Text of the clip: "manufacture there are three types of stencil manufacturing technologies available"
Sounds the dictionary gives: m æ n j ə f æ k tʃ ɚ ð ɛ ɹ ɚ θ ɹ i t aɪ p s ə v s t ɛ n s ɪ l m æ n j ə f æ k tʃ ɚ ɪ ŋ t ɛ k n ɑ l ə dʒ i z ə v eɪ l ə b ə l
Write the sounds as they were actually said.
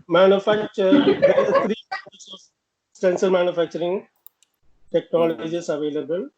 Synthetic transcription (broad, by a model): m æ n j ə f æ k tʃ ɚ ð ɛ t ɹ i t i s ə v s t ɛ n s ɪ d m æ n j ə f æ k tʃ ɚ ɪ ŋ t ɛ k n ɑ l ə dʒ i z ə v eɪ l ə b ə l